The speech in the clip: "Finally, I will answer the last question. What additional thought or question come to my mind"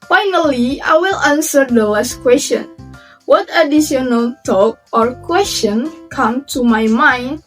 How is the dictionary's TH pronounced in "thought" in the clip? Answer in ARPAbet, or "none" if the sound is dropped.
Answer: T